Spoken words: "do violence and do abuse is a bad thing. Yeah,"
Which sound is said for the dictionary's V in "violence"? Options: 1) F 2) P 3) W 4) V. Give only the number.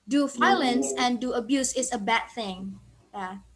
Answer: 1